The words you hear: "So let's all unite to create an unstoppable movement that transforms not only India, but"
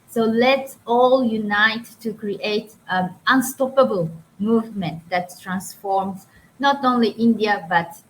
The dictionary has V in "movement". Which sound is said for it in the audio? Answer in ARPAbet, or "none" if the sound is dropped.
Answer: V